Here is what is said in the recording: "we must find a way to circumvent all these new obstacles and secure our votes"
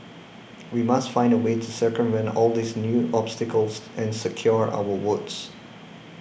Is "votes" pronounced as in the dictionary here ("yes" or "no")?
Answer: no